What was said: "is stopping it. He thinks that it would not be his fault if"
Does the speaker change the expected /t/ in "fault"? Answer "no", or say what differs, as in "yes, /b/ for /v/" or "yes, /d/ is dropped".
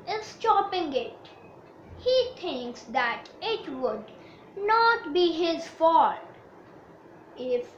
yes, /t/ is dropped